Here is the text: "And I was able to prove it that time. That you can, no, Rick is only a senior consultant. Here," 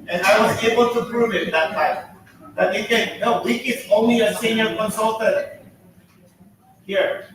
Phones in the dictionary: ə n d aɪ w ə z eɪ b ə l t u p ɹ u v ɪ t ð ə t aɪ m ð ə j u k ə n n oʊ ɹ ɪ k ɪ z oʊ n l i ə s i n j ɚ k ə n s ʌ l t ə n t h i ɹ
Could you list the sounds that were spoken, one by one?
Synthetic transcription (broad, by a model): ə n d aɪ w ə z eɪ b ə l t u p ɹ u v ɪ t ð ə t aɪ m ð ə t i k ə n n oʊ w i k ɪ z oʊ n l i ə s i n j ɚ k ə n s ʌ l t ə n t h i ɹ